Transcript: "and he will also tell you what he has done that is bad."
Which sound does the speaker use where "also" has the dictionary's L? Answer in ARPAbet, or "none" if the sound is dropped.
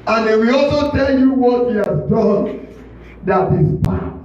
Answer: L